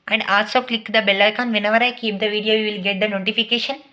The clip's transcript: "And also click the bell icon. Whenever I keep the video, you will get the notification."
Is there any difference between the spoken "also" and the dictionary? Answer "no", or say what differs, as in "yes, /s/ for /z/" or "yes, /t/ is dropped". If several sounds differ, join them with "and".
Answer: yes, /l/ is dropped